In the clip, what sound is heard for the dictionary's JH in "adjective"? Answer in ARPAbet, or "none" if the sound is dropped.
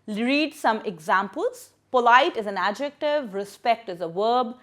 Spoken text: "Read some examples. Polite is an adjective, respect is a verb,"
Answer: JH